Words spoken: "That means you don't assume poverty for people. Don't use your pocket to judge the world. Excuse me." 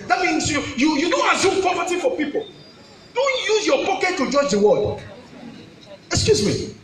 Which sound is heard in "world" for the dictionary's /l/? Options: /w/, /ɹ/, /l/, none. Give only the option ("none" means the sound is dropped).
none